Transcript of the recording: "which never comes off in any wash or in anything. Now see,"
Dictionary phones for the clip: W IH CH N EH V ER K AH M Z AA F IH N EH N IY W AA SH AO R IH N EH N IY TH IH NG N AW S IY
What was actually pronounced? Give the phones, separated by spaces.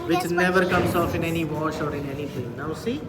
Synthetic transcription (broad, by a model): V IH CH N EH V ER K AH M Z AA F IH N EH N IY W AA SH AO R IH N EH N IY T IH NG N AW S IY